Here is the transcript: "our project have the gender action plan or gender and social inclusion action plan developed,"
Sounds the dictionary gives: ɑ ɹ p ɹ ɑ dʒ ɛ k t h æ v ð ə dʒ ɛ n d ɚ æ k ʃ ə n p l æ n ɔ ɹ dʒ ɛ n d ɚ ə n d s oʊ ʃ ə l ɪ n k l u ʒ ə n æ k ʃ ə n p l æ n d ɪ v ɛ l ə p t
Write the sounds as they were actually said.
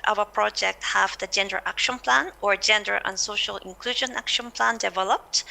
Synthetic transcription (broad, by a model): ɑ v p ɹ ɑ dʒ ɛ k t h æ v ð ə dʒ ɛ n d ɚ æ k ʃ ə n p l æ n ɔ ɹ dʒ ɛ n d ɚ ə n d s oʊ ʃ ə l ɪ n k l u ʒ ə n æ k ʃ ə n p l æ n d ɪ v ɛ l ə p t